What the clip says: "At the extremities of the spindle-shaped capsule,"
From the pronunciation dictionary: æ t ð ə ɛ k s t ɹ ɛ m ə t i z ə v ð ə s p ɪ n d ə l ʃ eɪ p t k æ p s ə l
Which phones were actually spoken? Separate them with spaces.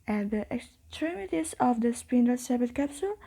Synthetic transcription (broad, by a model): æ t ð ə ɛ k s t ɹ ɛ m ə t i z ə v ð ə s p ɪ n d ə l s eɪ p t k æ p s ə l